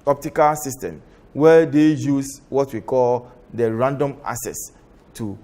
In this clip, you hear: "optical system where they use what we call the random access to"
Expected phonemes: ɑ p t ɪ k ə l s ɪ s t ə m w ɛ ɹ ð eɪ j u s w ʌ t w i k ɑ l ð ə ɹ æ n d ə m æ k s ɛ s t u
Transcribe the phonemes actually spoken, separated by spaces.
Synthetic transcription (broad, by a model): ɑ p t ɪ k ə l s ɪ s t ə m w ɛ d eɪ j u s w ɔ t w i k ɑ l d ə ɹ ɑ n d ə m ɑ s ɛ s t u